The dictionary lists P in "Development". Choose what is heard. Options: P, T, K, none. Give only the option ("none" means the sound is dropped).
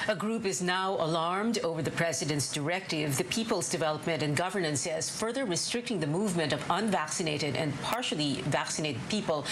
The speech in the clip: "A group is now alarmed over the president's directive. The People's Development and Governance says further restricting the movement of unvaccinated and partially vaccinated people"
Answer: P